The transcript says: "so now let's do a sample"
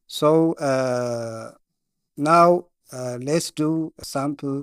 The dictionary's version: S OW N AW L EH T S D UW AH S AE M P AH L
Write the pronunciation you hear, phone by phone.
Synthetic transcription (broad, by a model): S OW N AW L EH T S D UW AH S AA M P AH L